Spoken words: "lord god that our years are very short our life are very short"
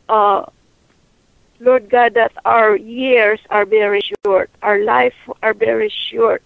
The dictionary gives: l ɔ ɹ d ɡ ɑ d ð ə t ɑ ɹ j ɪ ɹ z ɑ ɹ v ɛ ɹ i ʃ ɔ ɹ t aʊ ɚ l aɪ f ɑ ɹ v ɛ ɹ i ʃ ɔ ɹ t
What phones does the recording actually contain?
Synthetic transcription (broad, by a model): l ɔ ɹ d ɡ ɑ d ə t ɑ ɹ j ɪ ɹ s ɑ ɹ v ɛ ɹ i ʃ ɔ ɹ t aʊ ɚ l aɪ f ɑ ɹ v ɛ ɹ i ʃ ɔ ɹ t